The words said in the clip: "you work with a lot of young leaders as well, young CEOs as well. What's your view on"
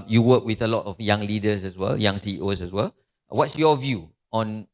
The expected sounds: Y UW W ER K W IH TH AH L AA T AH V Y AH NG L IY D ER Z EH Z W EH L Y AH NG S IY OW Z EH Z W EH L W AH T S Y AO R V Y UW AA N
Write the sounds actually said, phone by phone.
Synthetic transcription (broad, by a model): Y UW W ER K W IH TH AH L AA T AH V Y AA NG L IY D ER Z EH S W EH L Y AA NG S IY OW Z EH S W EH L W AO T S Y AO V Y UW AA N